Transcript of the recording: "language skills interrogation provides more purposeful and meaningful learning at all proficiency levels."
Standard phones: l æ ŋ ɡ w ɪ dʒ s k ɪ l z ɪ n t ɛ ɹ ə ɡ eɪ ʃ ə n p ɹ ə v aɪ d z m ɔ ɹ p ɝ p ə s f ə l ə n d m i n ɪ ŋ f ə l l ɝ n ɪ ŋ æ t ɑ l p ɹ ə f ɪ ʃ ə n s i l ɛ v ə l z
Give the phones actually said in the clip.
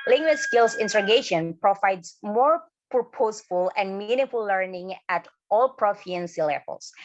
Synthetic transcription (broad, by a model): l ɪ ŋ ɡ w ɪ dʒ s k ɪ l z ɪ n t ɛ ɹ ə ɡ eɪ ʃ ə n p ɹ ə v aɪ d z m ɔ ɹ p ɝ p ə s f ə l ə n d m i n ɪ f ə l l ɝ n ɪ ŋ æ t ɑ l p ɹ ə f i ə n s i l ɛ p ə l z